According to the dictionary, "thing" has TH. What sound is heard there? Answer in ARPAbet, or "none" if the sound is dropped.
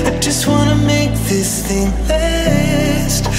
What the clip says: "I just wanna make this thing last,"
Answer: TH